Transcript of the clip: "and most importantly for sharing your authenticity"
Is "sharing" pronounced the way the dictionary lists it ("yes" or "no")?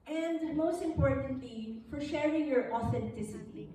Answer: yes